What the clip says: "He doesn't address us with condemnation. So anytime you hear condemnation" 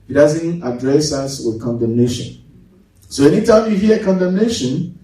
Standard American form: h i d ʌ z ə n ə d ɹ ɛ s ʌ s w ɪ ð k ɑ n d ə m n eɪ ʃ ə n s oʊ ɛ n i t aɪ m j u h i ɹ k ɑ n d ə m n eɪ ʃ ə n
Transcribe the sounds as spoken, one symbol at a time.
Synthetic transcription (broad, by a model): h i d ʌ z ə n ə d ɹ ɛ s ʌ s w ɪ ð k ɑ n d ə m n eɪ ʃ ə n s oʊ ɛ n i t aɪ m j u h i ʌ k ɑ n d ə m n eɪ ʃ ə n